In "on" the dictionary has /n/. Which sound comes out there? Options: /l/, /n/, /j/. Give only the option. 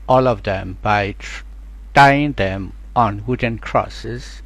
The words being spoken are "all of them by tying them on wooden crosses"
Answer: /n/